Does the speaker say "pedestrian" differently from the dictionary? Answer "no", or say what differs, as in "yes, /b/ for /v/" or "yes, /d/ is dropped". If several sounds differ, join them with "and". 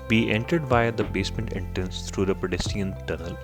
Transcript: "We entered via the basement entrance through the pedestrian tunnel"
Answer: yes, /ɹ/ is dropped